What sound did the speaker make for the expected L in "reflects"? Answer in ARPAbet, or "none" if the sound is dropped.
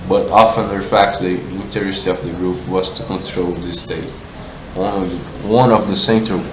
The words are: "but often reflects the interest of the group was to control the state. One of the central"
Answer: none